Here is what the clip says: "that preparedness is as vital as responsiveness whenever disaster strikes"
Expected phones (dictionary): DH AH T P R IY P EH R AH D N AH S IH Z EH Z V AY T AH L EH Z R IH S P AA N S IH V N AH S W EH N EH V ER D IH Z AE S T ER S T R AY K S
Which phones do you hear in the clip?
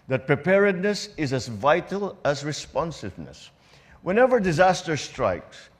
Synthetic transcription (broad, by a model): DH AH T P R IY P EH R AH D N AH S IH Z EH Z V AY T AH L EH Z R IH S P AA N S IH V N AH S W EH N EH V ER D IH Z AE S T ER S T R AY K S